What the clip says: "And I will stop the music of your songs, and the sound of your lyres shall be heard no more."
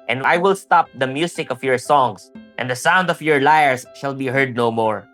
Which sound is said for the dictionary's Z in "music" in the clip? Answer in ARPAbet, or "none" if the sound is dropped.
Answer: S